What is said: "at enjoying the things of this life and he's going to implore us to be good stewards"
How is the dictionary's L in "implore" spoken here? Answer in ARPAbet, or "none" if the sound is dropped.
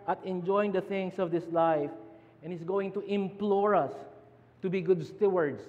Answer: L